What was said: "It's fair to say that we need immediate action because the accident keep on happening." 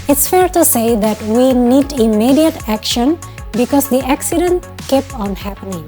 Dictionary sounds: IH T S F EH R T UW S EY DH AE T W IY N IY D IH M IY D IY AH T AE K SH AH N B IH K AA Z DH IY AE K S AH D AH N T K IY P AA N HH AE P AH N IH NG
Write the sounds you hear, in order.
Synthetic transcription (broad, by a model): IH T S F EH R T UW S EY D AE T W IY N IY D IH M IY D IY AH T AE K SH AH N B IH K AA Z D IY AE K S AH D AH N T K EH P AA N HH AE P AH N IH NG